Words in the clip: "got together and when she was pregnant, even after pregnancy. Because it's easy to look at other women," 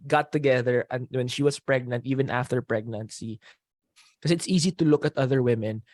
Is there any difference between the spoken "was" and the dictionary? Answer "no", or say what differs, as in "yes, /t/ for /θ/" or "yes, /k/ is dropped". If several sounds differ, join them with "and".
yes, /s/ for /z/